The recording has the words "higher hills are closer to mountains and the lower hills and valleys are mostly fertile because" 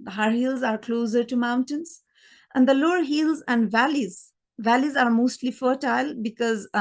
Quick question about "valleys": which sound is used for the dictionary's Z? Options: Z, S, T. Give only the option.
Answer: Z